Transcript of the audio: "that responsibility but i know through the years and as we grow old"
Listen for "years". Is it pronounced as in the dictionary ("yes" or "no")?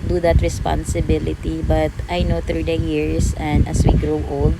no